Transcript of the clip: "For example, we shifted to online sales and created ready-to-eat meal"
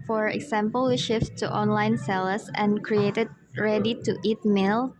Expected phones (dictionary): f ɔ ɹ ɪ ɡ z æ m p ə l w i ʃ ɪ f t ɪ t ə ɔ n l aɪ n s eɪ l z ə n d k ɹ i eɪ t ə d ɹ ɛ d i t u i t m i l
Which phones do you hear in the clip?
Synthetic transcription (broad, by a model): f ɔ ɹ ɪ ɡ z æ m p ə l w i ʃ ɪ f t ɪ t ɔ n l aɪ n s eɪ l s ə n k ɹ i eɪ t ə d ɹ ɛ d i t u i t m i l